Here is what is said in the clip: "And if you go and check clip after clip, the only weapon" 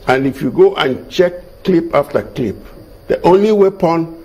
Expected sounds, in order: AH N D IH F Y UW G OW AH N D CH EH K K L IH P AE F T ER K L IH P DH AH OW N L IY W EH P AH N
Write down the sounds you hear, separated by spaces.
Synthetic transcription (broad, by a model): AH N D IH F Y UW G OW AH N CH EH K K L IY P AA F T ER K L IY P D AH OW N L IY W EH P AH N